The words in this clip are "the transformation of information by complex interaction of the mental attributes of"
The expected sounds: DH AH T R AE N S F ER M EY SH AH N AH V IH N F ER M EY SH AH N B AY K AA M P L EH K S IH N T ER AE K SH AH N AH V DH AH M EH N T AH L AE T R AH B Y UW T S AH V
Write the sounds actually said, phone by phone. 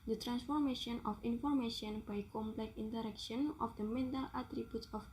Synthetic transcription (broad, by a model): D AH T R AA N S F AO M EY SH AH N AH F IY N F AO M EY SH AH N B AY K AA M P L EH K IY N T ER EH K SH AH N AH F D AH M EH N T AH L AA T R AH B Y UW T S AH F